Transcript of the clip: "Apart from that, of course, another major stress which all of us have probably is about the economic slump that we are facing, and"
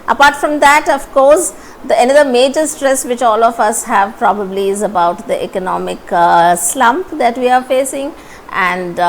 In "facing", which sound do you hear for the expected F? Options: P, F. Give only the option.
F